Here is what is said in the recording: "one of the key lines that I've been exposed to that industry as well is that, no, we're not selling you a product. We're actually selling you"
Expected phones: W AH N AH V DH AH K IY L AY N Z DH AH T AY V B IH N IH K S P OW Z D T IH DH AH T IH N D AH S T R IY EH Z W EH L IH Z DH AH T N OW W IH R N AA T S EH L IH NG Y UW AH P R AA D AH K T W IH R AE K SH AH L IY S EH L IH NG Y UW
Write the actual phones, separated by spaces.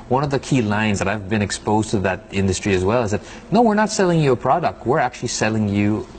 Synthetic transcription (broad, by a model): W AH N AH V DH AH K IY L AY N Z DH AH T AY V B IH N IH K S P OW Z T IH DH AH T IH N D AH S T R IY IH Z W EH L IH Z DH AH T N OW W IH R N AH T S EH L IH NG Y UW AH P R AA D AH K T W IH R AE K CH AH L IY S EH L IH NG Y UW